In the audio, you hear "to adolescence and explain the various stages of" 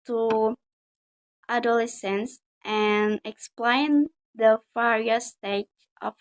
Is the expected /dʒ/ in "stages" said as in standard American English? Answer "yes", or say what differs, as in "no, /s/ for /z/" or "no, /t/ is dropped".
no, /dʒ/ is dropped